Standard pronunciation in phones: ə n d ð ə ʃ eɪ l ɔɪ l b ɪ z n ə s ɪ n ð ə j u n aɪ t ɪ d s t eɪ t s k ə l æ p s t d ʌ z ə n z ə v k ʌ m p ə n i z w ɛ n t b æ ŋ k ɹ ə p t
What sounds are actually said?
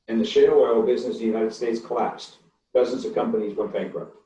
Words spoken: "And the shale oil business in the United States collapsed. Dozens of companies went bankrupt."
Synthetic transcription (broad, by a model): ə n ð ə ʃ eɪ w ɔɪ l b ɪ z n ə s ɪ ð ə j u n aɪ t ɪ d s t eɪ t s k ə l æ p s t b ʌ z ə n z ə v k ʌ m p ə n i z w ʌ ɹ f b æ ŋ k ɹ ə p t